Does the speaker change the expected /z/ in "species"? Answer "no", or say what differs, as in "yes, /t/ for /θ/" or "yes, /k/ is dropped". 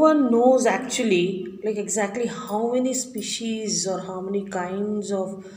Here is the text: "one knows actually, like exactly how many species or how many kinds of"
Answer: no